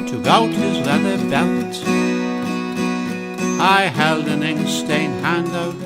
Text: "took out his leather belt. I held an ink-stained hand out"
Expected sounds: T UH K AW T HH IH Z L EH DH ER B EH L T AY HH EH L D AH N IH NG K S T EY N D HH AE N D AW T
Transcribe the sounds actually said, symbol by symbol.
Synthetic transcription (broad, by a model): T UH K AW T HH IH Z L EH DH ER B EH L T AY HH EH L D AH N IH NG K S T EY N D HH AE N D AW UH